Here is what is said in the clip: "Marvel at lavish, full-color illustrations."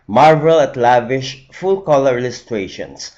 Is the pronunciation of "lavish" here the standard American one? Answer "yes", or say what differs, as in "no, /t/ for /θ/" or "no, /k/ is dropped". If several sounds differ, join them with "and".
yes